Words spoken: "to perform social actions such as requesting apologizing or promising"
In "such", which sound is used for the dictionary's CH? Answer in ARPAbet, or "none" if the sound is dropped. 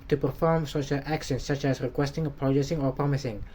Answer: CH